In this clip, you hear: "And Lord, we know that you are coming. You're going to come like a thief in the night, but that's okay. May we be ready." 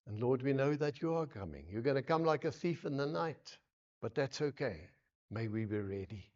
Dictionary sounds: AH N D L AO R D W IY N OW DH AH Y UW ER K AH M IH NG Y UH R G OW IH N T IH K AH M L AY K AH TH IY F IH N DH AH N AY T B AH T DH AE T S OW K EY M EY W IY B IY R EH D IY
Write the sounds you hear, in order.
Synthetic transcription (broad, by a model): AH N L AO R D W IY N OW DH AH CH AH ER K AH M IH NG Y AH R G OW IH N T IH K AH M L AY K AH TH IY F IH N DH AH N AY T B AH T DH AE T S OW K EY M EY W IY B IY R EH D IY